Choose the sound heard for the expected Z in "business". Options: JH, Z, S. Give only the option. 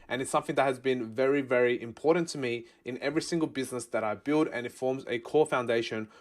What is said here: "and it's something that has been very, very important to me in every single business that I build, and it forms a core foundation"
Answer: Z